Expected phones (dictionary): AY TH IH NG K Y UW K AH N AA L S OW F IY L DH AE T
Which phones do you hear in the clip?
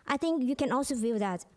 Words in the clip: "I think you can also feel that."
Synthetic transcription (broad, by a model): AY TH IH NG K Y UW K AH N AA L S OW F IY W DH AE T